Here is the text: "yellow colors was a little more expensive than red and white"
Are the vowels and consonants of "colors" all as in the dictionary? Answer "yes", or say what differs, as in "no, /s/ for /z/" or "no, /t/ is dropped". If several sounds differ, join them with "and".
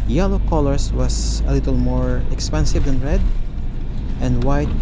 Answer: no, /s/ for /z/